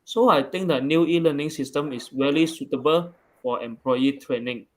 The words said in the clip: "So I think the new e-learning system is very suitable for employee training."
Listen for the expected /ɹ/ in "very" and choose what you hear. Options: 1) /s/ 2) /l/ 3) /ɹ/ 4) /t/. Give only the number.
2